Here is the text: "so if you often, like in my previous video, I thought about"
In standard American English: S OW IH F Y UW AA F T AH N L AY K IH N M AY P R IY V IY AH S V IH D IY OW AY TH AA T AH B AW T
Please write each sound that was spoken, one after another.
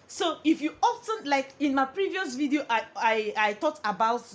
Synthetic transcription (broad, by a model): S OW IH F Y UW AA F T AH N L AY K IH N M AY P R IY V IY AH S V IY D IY OW AY T AA T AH B AW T